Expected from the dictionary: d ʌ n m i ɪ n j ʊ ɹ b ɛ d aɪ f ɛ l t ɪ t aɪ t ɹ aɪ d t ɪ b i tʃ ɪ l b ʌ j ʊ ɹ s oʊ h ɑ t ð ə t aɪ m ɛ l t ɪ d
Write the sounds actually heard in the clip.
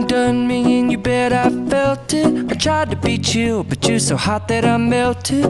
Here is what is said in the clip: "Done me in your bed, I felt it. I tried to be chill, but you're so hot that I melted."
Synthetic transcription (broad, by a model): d ʌ n m i ɪ n j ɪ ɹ b ɛ d aɪ f ɛ l t ɪ t aɪ t ɹ aɪ d t ɪ b i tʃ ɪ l b ʌ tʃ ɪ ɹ s oʊ h ɑ t ð ə t aɪ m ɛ l t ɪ